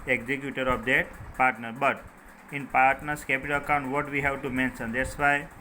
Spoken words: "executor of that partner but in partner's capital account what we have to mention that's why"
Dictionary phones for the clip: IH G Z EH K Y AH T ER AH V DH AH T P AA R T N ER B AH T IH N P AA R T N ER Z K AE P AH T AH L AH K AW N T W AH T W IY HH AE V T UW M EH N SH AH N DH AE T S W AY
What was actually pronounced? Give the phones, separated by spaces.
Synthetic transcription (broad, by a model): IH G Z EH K Y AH T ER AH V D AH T P AA R T N ER B AH T IH N P AA R T N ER S K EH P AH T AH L AH K AW N T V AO T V IY HH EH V T UW M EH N S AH N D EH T S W AY